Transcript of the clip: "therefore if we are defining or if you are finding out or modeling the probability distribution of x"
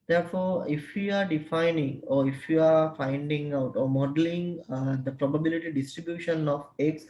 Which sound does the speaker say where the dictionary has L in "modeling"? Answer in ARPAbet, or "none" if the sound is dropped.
L